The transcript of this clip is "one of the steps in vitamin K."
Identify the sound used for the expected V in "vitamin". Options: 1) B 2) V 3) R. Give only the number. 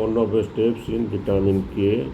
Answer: 1